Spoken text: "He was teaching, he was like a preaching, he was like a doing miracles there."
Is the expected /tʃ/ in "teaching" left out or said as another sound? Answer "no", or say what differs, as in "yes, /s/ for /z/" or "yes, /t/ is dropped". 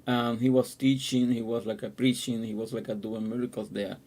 no